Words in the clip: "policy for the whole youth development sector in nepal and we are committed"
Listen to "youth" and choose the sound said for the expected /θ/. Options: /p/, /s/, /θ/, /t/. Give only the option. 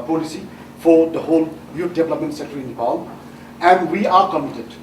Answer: /t/